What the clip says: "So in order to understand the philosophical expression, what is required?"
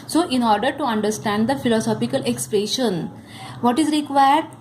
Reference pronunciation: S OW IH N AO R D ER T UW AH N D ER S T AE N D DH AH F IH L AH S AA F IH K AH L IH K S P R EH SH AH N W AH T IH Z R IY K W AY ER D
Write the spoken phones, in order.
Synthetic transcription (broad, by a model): S OW IH N AO R D ER T UW AH N D ER S T AE N D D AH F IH L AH S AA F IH K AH L IH K S P R EH SH AH N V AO T IH Z R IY K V AY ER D